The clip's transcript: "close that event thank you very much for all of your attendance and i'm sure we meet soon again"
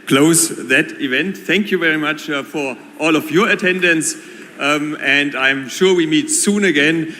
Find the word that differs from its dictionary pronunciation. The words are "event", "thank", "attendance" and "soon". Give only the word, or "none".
none